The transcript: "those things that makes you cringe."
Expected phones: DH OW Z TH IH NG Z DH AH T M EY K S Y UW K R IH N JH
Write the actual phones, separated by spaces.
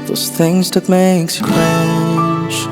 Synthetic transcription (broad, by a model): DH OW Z TH IH NG Z DH AH T M EY K S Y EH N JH